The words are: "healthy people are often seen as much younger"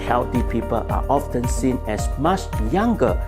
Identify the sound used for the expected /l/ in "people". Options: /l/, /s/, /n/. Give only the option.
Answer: /l/